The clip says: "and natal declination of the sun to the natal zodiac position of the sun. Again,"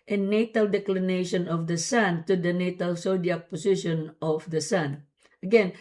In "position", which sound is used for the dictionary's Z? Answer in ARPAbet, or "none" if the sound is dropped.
S